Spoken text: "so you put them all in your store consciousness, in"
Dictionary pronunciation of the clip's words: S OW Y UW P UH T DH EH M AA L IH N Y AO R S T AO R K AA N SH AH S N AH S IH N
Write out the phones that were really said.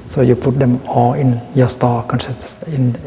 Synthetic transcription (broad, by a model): S OW Y UW P UH T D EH M AA L IH N Y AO S T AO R K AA N S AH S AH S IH N